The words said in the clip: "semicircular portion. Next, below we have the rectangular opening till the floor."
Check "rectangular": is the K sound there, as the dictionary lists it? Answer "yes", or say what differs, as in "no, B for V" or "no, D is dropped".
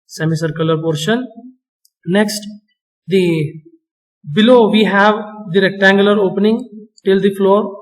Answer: yes